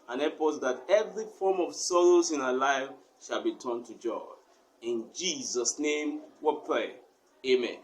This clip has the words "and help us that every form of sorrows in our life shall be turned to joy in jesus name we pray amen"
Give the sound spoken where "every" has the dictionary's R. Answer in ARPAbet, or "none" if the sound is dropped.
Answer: R